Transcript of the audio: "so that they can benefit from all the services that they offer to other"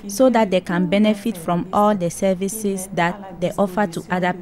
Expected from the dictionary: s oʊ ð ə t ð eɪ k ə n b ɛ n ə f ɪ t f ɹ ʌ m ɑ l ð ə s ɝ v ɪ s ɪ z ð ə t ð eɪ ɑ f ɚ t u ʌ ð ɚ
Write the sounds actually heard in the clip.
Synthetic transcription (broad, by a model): s oʊ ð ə t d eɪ k ə n b ɛ n ə f ɪ t f ɹ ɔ m ɑ l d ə s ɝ v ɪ s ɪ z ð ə t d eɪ ɑ f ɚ t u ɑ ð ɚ